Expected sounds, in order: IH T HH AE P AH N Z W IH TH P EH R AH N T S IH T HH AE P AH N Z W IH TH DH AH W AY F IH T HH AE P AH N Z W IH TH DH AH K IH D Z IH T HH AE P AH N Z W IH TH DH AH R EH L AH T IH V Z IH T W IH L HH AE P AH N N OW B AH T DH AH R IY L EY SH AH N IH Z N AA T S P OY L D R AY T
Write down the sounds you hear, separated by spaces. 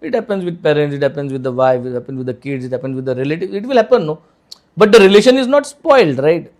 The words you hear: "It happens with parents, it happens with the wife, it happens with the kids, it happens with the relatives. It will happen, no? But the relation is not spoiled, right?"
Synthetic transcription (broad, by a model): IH T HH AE P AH N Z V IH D P EH R AH N T S IH T HH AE P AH N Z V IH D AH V AY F IH T HH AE P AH N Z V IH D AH K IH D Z IH T HH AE P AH N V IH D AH R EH L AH T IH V IH T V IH L HH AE P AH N N OW B AH T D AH R IY L EY SH AH N IH Z N AA T S P OY L D R AY T